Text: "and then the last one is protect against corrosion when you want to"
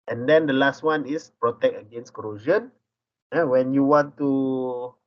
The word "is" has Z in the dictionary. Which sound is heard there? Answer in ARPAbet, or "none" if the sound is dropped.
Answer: S